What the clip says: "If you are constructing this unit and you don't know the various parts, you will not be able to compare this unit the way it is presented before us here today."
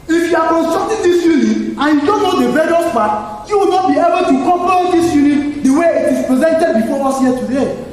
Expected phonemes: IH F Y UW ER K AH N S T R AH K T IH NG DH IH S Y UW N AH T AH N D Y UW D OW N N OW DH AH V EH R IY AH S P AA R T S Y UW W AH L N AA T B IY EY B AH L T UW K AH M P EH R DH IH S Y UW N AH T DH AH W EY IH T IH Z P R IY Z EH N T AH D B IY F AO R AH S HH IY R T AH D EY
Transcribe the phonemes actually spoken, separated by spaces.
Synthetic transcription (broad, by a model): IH F Y UW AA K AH N S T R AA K T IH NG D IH S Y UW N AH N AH N Y UW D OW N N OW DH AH B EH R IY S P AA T Y UW W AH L N AA T B IY EY B AH L T UW K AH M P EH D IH S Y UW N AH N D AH W EY IH T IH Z P R IY Z EH N T AH D B IY F AO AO S HH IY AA T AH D EY